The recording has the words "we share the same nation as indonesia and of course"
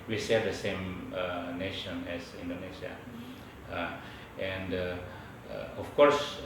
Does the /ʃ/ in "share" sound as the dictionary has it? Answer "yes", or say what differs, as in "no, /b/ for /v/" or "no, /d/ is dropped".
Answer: no, /s/ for /ʃ/